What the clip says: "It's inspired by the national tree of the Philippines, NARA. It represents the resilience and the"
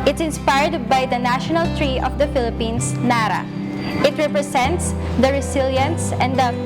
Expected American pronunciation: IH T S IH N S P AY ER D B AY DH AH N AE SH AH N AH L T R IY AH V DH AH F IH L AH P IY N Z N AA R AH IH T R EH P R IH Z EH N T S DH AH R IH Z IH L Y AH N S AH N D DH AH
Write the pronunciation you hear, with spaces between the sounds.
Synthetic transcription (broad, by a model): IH T S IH N S P AY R D B AY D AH N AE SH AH N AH L T R IY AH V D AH F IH L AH P IY N S N AA R AH IH T R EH P R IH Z EH N T S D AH R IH S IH L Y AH N S AH N D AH